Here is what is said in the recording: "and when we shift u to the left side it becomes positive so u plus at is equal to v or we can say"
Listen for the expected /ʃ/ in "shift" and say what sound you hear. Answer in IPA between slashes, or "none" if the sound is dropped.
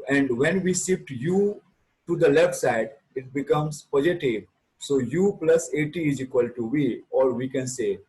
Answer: /s/